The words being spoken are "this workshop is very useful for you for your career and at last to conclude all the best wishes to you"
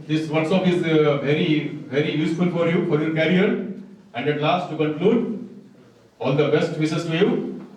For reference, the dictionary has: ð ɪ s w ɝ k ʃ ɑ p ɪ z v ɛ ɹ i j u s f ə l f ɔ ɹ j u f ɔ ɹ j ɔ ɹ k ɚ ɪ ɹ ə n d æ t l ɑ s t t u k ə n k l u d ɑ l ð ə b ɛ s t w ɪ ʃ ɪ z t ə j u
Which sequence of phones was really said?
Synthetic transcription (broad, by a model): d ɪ s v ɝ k s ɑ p ɪ z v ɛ ɹ i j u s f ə l f ɔ ɹ j u f ɔ ɹ j ɔ ɹ k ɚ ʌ ɹ ə n d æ t l ɑ s t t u k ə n k l u d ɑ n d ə b ɛ s t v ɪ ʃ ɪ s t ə j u